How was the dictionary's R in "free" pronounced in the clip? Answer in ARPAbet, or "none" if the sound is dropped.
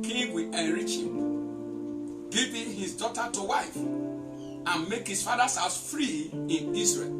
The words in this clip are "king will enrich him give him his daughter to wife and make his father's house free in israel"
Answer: R